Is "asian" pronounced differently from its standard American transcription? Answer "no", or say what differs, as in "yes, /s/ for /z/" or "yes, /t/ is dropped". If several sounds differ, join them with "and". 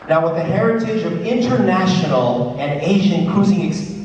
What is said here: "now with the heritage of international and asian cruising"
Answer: no